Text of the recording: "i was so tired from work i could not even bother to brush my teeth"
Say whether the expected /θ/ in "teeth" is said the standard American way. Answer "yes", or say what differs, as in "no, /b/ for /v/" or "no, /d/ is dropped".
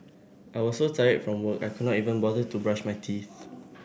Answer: yes